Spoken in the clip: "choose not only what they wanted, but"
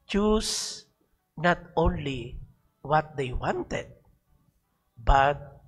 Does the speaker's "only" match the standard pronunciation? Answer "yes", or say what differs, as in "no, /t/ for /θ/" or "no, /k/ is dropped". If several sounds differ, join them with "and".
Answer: yes